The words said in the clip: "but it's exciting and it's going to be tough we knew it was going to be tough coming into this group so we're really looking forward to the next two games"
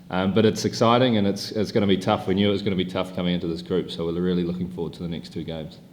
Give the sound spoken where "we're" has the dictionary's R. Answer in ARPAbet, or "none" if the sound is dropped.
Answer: L